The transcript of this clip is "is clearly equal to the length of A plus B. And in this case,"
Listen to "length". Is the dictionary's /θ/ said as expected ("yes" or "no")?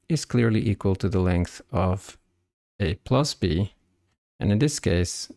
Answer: yes